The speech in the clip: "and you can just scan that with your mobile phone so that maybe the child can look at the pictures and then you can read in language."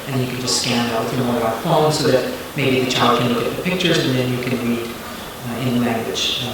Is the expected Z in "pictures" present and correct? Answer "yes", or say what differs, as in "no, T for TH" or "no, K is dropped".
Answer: yes